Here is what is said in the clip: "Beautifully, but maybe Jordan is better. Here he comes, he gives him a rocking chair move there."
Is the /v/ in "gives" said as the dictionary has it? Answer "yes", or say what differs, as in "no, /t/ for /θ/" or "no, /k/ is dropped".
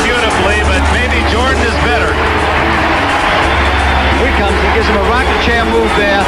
no, /v/ is dropped